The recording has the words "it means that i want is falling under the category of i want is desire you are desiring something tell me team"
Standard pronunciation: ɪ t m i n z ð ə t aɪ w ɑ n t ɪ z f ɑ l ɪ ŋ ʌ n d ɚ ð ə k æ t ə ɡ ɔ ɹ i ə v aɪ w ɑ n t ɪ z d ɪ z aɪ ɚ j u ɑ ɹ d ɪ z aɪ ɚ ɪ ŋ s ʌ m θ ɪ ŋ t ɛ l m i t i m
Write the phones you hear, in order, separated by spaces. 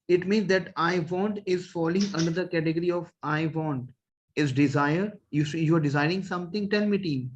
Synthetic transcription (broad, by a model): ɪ t m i n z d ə t aɪ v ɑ n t ɪ z f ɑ l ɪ ŋ ʌ n d ɚ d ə k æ t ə ɡ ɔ ɹ i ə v aɪ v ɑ n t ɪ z d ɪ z aɪ ɚ j u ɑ ɹ d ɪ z aɪ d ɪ ŋ s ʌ m t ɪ ŋ t ɛ l m i t i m